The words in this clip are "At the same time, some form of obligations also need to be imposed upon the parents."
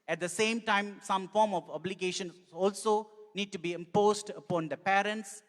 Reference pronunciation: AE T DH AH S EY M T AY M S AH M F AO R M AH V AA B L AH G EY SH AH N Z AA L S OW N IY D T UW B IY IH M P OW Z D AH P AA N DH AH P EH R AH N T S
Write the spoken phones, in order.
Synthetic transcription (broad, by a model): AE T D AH S EY M T AY M S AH M F AO R M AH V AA B L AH G EY SH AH N AA L S OW N IY D T UW B IY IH M P OW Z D AH P AA N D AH P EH R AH N T S